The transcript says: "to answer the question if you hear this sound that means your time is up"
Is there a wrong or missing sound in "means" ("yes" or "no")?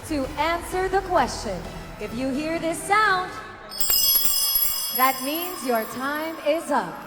no